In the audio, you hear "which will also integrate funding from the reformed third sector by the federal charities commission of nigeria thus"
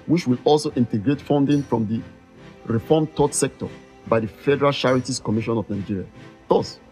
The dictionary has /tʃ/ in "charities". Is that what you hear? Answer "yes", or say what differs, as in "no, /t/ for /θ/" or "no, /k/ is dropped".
no, /ʃ/ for /tʃ/